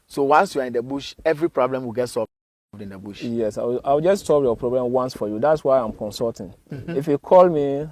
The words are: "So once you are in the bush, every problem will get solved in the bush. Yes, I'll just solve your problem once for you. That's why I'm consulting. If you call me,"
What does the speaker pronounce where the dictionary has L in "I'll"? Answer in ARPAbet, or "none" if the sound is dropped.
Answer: W